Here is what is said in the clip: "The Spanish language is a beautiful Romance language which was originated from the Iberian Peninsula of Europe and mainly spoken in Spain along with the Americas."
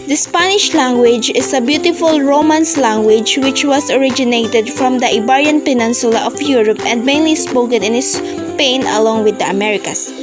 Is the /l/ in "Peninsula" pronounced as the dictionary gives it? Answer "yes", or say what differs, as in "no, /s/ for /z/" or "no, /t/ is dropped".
yes